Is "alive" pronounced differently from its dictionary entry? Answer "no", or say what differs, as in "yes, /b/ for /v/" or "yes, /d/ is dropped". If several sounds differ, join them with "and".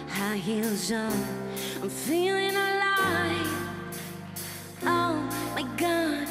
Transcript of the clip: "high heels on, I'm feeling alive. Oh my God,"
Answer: yes, /v/ is dropped